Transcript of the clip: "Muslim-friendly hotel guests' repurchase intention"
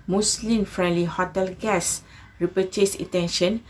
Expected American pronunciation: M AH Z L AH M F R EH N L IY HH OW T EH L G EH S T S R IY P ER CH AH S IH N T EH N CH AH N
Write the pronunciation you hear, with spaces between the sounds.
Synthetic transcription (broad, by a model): M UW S L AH M F R EH N L IY HH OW T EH L G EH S S R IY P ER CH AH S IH T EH N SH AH N